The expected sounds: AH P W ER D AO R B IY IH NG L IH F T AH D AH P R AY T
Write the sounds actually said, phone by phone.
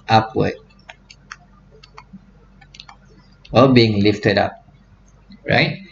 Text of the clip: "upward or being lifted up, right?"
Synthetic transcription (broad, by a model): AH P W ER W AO L B IY IH NG L IH F T AH D AH P R AY T